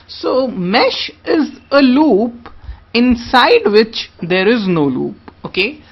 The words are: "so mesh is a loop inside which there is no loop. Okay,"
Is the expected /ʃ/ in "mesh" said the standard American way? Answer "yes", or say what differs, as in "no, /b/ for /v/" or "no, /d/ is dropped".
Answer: yes